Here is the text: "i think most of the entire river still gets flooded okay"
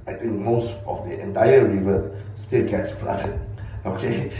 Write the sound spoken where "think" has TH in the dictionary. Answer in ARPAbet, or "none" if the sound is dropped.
T